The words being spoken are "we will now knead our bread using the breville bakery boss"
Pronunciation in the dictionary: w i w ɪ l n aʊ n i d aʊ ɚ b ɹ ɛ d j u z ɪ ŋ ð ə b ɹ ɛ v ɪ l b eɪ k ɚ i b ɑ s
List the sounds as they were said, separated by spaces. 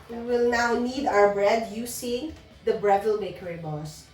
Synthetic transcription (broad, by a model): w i w ɪ l n aʊ n i d aʊ ɚ b ɹ ɛ d j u s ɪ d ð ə b ɹ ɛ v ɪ l b eɪ k ɚ i b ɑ s